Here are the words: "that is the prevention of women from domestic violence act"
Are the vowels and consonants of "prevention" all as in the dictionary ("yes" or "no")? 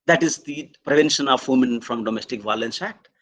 yes